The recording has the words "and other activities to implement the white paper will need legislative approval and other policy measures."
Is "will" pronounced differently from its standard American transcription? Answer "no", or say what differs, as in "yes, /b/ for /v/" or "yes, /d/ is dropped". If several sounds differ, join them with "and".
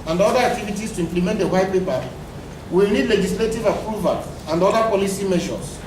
yes, /w/ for /l/